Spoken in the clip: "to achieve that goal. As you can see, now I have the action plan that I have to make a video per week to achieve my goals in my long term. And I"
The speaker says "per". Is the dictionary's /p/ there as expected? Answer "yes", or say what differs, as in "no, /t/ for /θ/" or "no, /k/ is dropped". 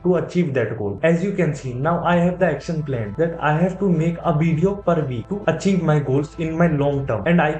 yes